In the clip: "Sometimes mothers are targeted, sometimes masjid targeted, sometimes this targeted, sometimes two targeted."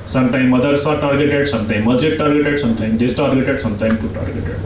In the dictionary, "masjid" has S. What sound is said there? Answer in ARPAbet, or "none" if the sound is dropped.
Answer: none